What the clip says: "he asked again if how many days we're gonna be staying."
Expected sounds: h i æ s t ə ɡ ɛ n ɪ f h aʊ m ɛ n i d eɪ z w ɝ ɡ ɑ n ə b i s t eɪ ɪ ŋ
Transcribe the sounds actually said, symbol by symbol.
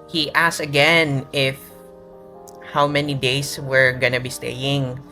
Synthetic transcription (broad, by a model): h i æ s ə ɡ ɛ n ɪ f h aʊ m ɛ n i d eɪ s w ɝ ɡ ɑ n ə b i s t eɪ ɪ ŋ